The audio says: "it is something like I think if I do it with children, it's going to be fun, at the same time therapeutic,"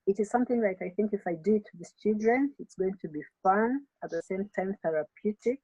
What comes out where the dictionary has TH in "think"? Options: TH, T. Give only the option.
TH